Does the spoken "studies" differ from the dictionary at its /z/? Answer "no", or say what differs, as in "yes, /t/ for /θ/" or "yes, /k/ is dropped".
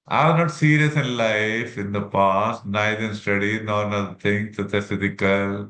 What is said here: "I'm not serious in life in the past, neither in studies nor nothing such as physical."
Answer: yes, /z/ is dropped